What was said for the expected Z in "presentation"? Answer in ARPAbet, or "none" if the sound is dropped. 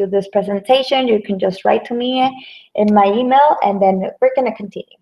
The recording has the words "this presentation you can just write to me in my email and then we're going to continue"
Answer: Z